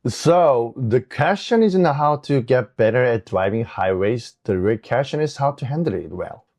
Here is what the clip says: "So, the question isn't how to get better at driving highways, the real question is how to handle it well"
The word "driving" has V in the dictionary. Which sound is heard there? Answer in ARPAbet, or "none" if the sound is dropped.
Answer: V